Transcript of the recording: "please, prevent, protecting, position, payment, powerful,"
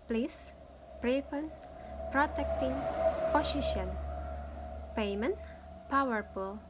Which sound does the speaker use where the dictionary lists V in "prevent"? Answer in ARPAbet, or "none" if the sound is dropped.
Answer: P